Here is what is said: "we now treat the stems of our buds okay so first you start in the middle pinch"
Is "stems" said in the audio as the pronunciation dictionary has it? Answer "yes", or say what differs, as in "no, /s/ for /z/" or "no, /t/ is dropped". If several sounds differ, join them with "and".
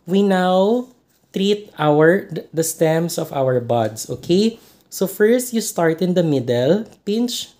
no, /s/ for /z/